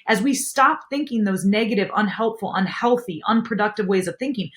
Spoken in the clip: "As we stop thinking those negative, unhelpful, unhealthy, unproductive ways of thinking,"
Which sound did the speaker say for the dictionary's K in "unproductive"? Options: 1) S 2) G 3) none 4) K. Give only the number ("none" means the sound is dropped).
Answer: 4